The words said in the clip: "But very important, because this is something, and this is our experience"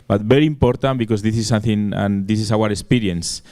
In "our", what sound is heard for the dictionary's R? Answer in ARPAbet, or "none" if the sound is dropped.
R